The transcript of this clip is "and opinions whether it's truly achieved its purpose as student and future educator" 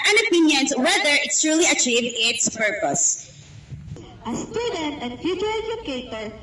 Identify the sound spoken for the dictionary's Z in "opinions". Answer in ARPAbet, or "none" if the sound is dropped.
S